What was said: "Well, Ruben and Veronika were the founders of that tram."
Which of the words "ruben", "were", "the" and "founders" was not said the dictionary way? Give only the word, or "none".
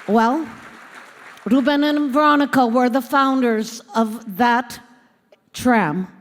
none